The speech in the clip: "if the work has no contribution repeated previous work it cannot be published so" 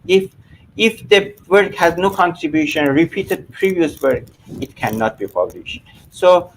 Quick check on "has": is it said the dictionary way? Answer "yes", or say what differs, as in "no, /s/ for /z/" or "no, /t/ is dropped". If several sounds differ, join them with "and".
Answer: yes